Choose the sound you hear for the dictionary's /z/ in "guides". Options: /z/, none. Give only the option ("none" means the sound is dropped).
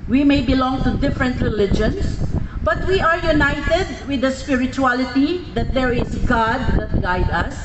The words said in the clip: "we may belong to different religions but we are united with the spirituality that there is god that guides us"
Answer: none